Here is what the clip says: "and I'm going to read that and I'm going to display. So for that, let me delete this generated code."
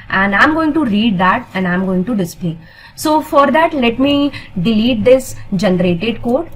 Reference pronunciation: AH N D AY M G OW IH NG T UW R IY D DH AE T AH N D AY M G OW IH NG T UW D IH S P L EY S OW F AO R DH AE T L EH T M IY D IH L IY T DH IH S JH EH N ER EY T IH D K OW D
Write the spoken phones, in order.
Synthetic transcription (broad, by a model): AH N D AY M G OW IH NG T UW R IY D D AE T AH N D AY M G OW IH NG T UW D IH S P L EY S OW F AO R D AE T L EH T M IY D IH L IY T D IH S JH EH N ER EY T IH D K OW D